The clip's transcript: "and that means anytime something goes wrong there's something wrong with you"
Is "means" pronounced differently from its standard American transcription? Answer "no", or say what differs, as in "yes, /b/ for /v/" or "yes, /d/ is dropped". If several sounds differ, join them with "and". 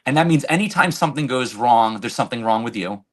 no